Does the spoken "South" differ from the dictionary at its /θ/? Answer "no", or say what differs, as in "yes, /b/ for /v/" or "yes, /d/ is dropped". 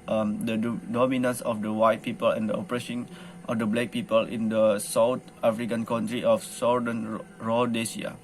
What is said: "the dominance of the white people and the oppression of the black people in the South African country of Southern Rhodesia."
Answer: yes, /t/ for /θ/